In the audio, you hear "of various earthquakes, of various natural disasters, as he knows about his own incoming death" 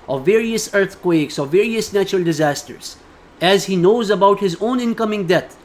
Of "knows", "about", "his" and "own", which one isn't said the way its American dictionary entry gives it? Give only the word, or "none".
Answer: none